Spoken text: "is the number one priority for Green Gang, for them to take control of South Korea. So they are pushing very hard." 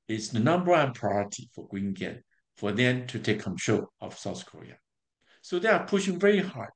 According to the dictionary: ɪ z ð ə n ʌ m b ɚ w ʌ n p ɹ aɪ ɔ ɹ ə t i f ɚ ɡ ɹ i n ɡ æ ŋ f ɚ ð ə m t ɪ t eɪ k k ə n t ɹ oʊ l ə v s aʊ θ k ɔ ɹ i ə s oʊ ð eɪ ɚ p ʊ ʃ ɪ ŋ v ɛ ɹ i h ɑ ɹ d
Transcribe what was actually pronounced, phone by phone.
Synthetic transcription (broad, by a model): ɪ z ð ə n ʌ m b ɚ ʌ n p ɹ aɪ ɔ ɹ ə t i f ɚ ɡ w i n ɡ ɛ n f ɚ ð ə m t ɪ t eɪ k k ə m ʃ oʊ ə v s aʊ θ k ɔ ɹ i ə s oʊ ð eɪ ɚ p ʊ ʃ ɪ ŋ v ɛ ɹ i h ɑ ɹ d